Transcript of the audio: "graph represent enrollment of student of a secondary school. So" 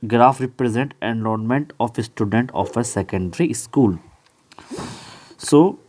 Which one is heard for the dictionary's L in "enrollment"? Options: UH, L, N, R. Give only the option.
N